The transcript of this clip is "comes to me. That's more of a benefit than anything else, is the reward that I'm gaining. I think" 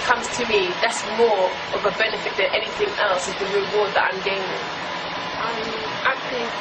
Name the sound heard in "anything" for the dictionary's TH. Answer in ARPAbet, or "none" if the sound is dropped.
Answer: TH